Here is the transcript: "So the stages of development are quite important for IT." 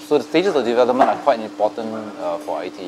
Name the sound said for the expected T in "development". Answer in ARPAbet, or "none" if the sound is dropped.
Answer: none